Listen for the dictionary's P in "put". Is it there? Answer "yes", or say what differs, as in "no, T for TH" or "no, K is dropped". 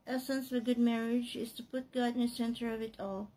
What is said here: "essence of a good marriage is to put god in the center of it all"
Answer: yes